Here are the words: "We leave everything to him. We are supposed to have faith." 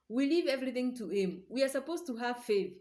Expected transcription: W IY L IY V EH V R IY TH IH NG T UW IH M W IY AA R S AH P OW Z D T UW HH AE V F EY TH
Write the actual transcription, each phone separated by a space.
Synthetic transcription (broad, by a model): W IY L IY V EH V R IY TH IH NG T UW IH M W IY AA R S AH P OW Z T UW HH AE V F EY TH